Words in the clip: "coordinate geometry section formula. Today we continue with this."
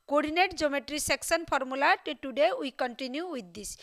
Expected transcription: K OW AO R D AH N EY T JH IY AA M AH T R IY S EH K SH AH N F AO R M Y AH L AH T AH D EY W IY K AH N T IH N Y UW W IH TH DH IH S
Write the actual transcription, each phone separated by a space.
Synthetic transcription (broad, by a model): K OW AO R D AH N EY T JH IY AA M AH T R IY S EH K S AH N P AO R M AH L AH T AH D EY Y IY K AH N T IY N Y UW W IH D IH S